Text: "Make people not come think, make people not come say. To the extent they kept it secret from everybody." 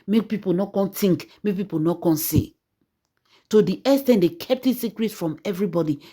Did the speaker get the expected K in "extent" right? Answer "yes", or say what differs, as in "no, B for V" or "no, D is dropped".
no, K is dropped